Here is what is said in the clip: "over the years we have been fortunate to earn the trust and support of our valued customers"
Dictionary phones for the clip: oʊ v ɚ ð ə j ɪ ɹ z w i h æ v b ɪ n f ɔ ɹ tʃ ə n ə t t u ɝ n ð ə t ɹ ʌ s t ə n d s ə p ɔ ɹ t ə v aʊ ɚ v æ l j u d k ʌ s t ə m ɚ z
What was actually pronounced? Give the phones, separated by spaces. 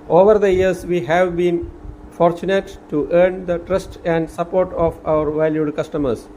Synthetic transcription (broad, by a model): oʊ v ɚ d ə j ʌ ɹ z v i h æ v b ɪ n f ɔ ɹ tʃ ə n ə t t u ɝ n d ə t ɹ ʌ s t ə n d s ə p ɔ ɹ t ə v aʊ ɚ v æ l j u d k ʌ s t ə m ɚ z